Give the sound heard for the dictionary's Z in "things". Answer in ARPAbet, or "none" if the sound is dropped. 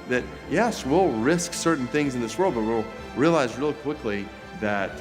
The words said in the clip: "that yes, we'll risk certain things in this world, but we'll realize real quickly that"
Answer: Z